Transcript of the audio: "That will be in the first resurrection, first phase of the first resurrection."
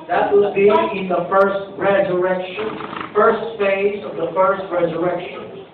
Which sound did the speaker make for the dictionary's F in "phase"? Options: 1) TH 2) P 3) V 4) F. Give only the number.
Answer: 4